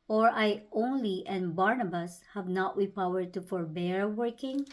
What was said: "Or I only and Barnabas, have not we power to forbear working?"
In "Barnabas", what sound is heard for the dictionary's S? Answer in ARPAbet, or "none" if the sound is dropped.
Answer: S